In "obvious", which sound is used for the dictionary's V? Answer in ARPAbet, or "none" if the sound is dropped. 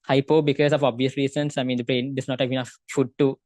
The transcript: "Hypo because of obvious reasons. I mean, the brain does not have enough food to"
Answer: V